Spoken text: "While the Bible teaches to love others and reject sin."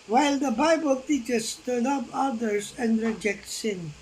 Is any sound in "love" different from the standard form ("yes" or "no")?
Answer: yes